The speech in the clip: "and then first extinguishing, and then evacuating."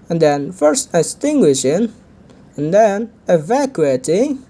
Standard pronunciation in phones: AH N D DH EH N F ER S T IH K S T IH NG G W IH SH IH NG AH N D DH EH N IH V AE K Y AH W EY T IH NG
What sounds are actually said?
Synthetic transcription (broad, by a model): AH N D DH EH N F ER S T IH S T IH NG G W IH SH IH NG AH N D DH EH N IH V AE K Y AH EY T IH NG